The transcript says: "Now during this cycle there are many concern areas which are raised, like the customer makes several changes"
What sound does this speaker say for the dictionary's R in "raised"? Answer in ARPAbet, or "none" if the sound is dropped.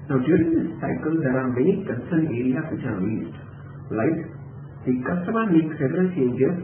L